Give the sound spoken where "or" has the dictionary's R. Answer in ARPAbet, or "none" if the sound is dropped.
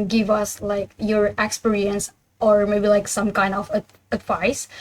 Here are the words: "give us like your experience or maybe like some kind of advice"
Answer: R